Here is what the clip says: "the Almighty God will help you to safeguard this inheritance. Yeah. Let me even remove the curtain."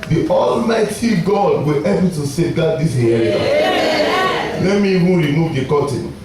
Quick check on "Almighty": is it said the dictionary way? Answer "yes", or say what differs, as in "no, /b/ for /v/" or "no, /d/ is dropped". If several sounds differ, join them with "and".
yes